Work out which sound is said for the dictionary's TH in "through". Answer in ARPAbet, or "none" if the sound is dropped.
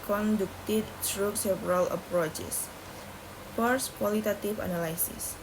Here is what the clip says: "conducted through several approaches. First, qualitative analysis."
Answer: S